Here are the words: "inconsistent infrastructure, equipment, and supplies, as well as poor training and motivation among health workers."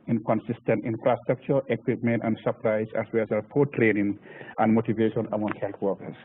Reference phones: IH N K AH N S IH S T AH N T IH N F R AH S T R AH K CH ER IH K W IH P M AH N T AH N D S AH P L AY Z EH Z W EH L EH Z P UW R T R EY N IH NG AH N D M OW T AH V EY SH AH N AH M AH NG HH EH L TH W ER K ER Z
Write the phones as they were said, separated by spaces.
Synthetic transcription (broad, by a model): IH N K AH N S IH S T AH N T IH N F R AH S T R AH K CH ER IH K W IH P M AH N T AH N D S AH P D AY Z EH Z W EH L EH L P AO T R EY N IH NG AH N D M OW T AH V EY SH AH N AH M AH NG HH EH L T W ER K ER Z